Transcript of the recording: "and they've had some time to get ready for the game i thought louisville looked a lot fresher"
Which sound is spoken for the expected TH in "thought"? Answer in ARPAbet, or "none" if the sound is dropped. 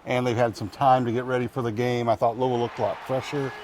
TH